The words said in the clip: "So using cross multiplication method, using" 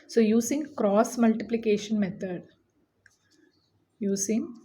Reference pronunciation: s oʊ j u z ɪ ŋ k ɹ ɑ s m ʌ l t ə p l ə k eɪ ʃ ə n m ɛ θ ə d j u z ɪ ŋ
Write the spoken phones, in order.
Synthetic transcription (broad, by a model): s oʊ j u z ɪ ŋ k ɹ ɑ s m ʌ l t ə p l ə k eɪ ʃ ə n m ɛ t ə d j u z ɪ ŋ